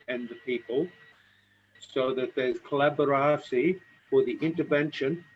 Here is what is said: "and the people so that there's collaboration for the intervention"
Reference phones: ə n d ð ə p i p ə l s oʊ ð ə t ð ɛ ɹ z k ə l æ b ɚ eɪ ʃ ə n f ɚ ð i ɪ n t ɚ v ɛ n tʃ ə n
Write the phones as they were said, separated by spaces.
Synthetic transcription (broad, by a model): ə n ð ə p i p ə l s oʊ ð ə t ð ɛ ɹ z k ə l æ b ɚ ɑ s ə f ɚ ð i ɪ n t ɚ v ɛ n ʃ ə n